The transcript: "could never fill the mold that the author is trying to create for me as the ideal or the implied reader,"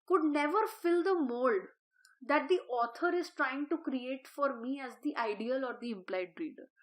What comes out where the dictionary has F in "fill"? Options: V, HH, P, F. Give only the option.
F